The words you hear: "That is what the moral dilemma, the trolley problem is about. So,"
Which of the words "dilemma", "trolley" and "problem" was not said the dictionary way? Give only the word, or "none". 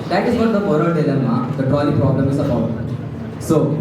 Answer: trolley